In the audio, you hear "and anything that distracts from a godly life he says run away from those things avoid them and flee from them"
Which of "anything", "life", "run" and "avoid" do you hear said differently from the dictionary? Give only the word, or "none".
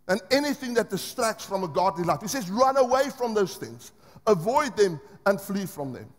none